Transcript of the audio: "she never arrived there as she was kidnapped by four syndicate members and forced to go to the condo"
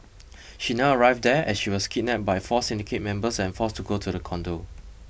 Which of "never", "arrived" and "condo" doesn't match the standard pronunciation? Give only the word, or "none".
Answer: never